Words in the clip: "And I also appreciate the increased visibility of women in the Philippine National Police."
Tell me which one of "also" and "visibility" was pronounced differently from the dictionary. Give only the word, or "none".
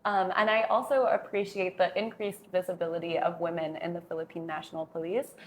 none